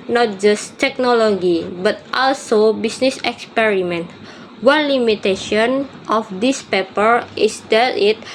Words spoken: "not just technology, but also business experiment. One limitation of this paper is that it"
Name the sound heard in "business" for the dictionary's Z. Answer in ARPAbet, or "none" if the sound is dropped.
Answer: S